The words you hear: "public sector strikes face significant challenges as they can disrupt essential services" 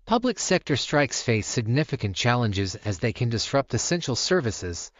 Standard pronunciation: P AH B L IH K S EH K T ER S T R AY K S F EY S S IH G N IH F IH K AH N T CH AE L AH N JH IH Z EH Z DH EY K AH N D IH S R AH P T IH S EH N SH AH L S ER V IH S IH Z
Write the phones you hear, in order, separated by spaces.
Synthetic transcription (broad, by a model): P AH B L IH K S EH K T ER S T R AY K S F EY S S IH G N IH F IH K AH N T CH AE L AH N JH IH Z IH Z DH EY K AH N D IH S R AH P T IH S EH N SH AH L S ER V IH S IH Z